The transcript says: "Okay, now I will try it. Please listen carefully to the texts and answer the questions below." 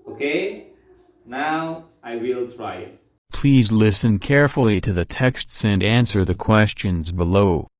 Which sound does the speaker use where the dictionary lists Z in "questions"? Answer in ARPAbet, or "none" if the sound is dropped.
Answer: Z